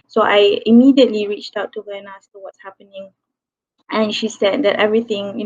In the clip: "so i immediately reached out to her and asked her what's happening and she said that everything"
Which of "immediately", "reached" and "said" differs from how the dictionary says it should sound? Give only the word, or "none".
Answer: none